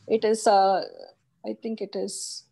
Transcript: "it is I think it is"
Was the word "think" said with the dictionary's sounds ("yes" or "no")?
no